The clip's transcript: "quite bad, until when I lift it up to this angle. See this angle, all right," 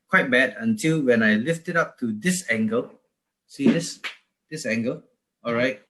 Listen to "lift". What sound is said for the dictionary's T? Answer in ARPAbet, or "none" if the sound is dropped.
T